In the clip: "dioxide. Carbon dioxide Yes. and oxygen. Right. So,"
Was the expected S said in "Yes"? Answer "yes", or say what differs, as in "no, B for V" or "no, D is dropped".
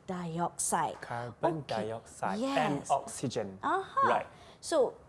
no, S is dropped